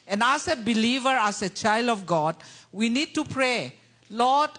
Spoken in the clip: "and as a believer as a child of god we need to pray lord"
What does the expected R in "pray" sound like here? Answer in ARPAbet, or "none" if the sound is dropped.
R